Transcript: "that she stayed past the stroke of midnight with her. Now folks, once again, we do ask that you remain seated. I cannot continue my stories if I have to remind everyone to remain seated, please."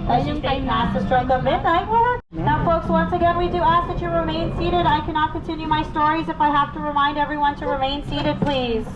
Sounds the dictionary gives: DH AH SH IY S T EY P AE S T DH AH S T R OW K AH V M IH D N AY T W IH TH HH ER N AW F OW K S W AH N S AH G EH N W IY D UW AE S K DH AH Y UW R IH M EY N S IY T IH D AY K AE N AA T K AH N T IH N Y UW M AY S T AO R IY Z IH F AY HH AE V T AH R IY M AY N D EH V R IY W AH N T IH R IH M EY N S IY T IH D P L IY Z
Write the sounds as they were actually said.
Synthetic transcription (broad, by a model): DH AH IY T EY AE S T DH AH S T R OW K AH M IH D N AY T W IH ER N AW F OW K S W AH N S AH G EH N W IY D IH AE S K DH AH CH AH R IH M EY N S IY T IH D AY K AE N AA T K AH N T IH N Y UW M AY S T AO R IY Z IH F AY HH AE F T AH R IY M AY N D EH V R IY W AH N T IH R IH M EY N S IY T IH D P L IY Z